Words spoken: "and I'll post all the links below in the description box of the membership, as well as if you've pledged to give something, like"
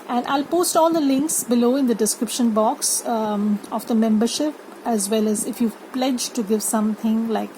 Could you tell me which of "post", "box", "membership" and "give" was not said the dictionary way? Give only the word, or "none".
none